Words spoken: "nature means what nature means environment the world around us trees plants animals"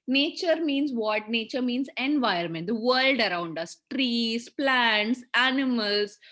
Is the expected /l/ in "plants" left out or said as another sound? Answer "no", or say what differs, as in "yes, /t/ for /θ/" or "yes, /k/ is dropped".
no